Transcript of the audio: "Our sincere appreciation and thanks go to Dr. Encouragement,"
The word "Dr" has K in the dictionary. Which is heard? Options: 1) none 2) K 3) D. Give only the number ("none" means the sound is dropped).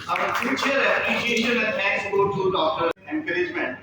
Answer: 2